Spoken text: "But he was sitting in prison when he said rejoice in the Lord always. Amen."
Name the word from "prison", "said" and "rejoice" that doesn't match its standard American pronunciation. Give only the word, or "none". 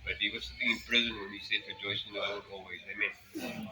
rejoice